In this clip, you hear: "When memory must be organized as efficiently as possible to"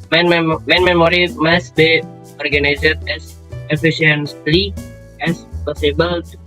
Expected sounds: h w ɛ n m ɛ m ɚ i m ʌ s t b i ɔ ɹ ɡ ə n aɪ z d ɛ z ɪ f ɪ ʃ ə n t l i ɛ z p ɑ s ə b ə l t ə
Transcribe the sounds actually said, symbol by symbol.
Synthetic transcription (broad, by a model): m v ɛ n m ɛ m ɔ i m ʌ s b i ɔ ɹ ɡ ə n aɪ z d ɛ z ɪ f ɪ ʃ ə n s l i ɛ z p ɑ s ə b ə l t